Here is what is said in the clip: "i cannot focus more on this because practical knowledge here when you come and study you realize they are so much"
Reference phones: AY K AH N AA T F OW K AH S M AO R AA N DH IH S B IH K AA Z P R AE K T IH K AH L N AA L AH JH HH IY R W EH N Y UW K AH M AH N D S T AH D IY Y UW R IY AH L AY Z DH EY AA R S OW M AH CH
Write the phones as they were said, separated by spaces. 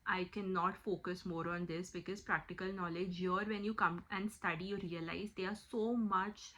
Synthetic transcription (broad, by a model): AY K AH N AA T F OW K AH S M AO R AA N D IH S B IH K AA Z P R AE K T IH K AH L N AA L AH JH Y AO R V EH N Y UW K AH M AH N D S T AH D IY Y UW R IY AH L AY Z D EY AA R S OW M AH CH